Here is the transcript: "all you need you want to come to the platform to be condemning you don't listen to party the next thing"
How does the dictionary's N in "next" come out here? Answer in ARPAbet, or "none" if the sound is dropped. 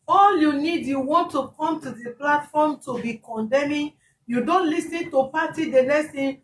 L